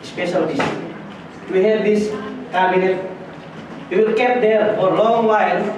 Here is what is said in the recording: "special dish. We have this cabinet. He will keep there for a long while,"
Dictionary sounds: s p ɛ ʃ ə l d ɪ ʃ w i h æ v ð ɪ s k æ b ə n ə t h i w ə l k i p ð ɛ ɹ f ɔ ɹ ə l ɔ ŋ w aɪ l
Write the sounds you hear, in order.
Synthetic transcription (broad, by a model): s p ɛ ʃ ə l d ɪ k w i h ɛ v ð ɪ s k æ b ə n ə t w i w ə l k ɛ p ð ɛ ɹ f ɔ ɹ l ɔ ŋ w aɪ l